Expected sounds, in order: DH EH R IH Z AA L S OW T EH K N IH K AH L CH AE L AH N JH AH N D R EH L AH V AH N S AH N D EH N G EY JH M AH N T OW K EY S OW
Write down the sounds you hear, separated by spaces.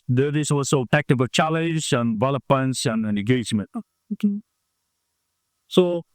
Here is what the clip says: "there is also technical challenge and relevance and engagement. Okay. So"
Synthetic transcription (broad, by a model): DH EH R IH S AA L S OW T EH K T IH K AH CH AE L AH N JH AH N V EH L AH P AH N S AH N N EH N G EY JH M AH N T OW K EY S OW